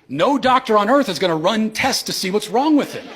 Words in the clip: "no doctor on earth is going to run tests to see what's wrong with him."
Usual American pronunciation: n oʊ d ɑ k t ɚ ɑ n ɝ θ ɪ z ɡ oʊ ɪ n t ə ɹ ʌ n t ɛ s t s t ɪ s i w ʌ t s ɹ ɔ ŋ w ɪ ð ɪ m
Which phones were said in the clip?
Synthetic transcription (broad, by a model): n oʊ d ɑ k t ɚ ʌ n ɝ θ ɪ z ɡ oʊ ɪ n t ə ɹ ʌ n t ɛ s s t ɪ s i w ʌ t s ɹ ɔ ŋ w ɪ ð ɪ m